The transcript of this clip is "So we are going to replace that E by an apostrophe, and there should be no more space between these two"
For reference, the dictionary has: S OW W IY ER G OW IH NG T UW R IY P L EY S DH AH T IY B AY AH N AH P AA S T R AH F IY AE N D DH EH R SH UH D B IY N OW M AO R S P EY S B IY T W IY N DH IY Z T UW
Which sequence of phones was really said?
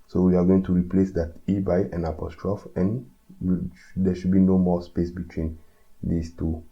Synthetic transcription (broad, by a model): S OW W IY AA G OW IH NG T UW R IY P L EY S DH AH T IY B AY AH N AH P AA S T R AH F IY N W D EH SH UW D B IY N OW M AO S P EY S B IY T W IY N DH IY S T UW